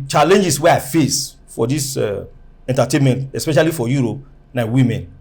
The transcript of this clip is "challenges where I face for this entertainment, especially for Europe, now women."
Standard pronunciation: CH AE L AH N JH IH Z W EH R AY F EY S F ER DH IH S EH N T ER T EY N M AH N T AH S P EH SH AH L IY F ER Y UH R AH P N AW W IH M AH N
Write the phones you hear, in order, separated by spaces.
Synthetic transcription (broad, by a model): CH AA L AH N JH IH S W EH AY F EY S F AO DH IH S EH N T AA T EY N M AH N T AH S P EH SH AH L IY F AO Y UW R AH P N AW W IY M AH N